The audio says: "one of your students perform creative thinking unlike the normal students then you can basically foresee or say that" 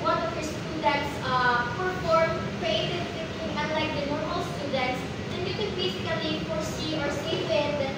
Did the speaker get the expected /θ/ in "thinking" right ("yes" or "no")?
no